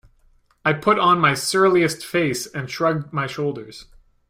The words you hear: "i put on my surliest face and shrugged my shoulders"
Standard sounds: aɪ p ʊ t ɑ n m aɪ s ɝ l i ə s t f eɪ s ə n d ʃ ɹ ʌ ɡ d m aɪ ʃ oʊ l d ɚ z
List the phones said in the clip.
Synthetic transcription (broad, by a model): aɪ p ʊ t n m aɪ s ɝ l i ə s t f eɪ s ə n ʃ ɹ ʌ ɡ d m aɪ ʃ oʊ l d ɚ z